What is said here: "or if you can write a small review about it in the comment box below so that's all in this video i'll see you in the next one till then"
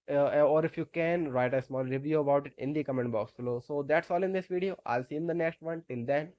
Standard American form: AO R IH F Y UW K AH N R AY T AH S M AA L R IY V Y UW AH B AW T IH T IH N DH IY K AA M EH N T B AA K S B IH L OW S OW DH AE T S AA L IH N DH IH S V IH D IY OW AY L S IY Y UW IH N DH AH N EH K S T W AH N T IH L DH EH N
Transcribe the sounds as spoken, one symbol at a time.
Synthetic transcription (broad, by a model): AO R IH F Y UW K AH N R AY T AH S M AA L R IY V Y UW AH B AW T IH T IH N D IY K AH M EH N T B AA K S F L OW S OW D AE T S AA L IH N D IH S V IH D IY OW AY L S IY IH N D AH N EH K S T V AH N T IH L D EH N